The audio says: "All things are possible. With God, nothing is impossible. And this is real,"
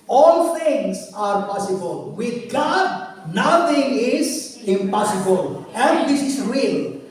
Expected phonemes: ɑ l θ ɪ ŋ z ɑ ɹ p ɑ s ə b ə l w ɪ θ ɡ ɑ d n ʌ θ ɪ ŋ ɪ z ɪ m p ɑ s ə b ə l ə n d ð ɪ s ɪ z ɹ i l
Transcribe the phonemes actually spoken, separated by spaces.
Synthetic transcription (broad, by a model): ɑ l t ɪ ŋ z ɑ ɹ p ɑ s ə b ə l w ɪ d ɡ ɑ d n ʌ t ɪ ŋ ɪ z ɪ m p ɑ s ə b ə l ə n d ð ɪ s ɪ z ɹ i l